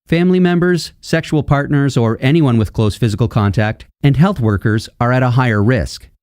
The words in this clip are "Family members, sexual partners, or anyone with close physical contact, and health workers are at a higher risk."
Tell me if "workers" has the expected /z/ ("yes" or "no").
yes